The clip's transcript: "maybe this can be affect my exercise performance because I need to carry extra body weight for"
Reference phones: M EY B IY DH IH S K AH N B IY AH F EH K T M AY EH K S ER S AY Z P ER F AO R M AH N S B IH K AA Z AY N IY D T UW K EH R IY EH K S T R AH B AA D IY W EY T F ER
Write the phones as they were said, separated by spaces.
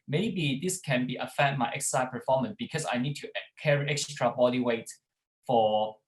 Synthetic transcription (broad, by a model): M EY B IY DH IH S K AH N B IY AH F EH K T M AY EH K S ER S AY P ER F AO M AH N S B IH K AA S AY N IY D T UW K EH R IY EH K S T R AH B AA D IY W EY T F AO